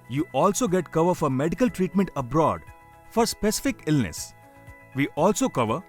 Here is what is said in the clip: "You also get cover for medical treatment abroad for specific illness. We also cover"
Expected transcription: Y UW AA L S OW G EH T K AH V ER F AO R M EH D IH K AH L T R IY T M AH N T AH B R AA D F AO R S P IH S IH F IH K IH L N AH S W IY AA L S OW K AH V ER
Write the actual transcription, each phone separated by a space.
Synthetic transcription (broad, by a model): Y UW AA L S OW G EH T K AH V ER F AO R M EH D IH K AH L T R IY T M AH N T AH B R AA D F AO R S P IH S IH F IH K IH L N AH S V IY AA L S OW K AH V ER